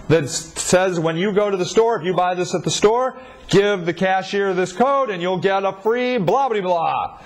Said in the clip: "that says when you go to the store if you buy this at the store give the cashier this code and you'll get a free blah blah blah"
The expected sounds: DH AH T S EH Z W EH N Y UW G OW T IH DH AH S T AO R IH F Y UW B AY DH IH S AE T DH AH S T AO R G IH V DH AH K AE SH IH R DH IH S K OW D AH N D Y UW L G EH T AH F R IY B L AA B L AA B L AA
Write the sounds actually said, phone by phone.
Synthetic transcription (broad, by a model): DH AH T S EH Z W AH N Y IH G OW T IH DH AH S T AO R IH F Y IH B AY DH IH S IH T DH AH S T AO R G IH V DH AH K AE SH IH R DH IH S K OW D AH N Y UW L G EH T AH F R IY B L AA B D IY B L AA